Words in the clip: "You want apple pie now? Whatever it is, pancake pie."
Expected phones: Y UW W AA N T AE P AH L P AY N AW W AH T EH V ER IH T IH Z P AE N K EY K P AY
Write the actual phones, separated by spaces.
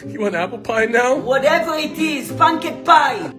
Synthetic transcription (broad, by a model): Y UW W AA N AE P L P AY N AW W AH T EH V ER IH T IH Z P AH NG K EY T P AY